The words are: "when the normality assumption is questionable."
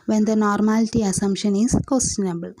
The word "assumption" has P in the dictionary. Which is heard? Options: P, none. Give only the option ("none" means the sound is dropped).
none